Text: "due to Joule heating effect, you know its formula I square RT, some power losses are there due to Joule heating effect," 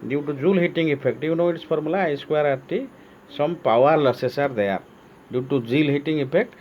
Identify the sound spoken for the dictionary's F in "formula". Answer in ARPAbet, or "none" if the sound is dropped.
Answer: P